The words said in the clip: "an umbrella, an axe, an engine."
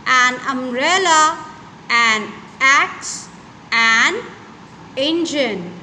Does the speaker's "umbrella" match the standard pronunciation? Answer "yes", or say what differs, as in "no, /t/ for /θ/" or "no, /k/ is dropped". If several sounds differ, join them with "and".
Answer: no, /b/ is dropped